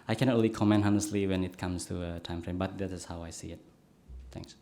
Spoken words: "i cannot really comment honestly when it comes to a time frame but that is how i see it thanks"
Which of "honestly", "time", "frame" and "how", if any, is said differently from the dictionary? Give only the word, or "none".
none